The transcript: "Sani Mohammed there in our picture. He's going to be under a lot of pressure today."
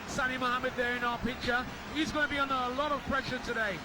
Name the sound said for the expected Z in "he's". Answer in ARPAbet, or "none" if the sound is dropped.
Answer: Z